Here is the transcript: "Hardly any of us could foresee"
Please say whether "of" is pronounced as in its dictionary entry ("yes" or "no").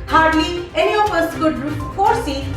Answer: no